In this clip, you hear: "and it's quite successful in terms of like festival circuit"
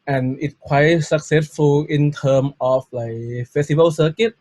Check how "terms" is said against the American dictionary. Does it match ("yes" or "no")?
no